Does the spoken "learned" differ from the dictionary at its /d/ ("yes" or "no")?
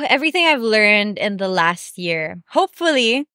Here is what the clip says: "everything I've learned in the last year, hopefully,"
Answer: no